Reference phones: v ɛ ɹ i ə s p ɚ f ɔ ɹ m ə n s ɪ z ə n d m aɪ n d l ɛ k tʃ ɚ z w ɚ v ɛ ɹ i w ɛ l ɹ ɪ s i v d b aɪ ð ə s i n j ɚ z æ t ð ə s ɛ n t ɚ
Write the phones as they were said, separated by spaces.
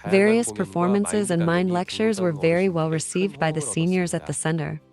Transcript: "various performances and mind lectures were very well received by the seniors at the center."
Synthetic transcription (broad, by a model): v ɛ ɹ i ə s p ɚ f ɔ ɹ m ə n s ɪ z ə n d m aɪ n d l ɛ k tʃ ɚ z w ɚ v ɛ ɹ i w ɛ l ɹ ɪ s i v d b aɪ ð ə s i n j ɚ z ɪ t ð ə s ɛ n t ɚ